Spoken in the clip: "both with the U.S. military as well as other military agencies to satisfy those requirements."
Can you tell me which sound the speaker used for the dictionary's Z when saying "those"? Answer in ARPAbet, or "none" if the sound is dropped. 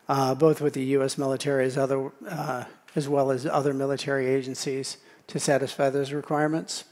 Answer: Z